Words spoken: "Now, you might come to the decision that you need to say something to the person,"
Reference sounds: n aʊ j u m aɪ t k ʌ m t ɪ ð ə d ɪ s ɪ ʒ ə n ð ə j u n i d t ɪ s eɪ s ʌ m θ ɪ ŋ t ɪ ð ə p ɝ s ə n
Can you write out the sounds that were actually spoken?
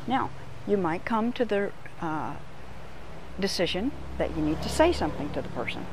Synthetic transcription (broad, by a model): n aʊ j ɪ m aɪ t k ʌ m t ɪ ð ə d ɪ s ɪ ʒ ə n ð ə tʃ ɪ n i d t ɪ s eɪ s ʌ m θ ɪ ŋ t ɪ ð ə p ɝ s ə n